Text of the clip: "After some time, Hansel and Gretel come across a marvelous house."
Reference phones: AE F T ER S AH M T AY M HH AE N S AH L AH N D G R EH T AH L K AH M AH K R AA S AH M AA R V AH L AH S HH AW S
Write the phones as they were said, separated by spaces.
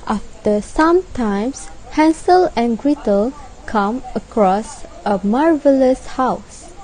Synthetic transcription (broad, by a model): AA F T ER S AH M T AY M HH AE N S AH L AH N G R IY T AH L K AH M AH K R AA S AH M AA R V AH L AH S HH AW S